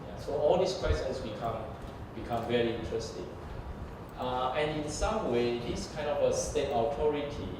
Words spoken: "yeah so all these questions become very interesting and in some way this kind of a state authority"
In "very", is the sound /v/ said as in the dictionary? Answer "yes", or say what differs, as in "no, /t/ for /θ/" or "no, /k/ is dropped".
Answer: yes